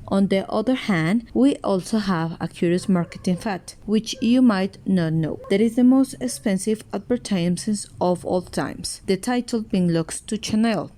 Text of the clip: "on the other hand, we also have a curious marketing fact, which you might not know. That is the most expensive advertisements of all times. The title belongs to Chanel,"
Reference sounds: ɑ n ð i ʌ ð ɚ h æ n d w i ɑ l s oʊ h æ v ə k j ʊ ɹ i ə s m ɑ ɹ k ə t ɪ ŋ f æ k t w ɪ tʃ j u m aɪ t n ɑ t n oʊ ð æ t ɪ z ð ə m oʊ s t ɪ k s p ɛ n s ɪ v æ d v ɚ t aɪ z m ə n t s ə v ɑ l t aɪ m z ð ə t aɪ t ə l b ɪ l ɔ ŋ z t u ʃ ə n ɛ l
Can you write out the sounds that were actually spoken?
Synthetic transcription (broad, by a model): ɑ n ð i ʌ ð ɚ h æ n d w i ɑ l s oʊ h æ v ə k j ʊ ɹ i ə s m ɑ ɹ k ə t ɪ ŋ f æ t w ɪ tʃ j u m aɪ t n ɑ t n oʊ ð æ t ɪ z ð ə m oʊ s t ɪ k s p ɛ n s ɪ v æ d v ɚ t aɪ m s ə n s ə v ɑ l t aɪ m s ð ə t aɪ t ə l b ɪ l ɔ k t t u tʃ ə n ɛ l